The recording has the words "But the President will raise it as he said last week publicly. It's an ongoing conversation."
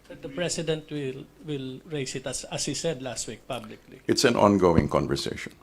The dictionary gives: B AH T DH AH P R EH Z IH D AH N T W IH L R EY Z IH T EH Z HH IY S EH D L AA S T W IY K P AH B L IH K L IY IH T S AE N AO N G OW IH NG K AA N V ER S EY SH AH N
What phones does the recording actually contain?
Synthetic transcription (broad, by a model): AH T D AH P R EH S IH D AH N T W IH L R EY S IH T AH S HH IY S EH D L AA S T W IY K P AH B L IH K L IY IH T S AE N AO N G OW IH NG K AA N V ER S EY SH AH N